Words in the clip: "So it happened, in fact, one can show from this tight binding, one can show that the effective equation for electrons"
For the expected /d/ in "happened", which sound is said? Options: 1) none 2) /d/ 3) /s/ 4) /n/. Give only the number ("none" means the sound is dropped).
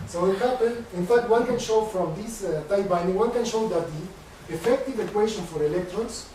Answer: 1